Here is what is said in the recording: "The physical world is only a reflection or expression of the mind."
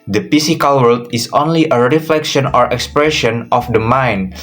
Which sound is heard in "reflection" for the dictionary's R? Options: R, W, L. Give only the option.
R